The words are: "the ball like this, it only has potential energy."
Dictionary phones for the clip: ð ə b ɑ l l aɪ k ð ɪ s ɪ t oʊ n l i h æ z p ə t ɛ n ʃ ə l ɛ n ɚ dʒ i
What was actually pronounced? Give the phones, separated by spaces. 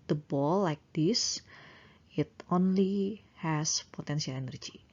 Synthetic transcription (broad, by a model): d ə b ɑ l l aɪ k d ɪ s ɪ t oʊ n l i h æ s p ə t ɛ n s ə l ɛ n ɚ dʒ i